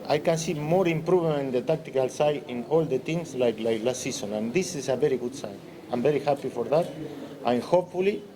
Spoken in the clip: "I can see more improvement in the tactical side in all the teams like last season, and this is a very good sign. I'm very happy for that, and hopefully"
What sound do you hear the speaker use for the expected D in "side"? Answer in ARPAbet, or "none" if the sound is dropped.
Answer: none